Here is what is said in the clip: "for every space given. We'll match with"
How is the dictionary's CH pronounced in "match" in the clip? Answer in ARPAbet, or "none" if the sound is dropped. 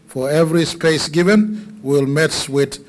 S